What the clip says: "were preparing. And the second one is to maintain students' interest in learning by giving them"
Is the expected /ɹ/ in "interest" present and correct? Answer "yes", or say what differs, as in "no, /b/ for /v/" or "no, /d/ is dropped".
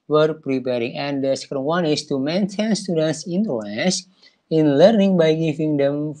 no, /l/ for /ɹ/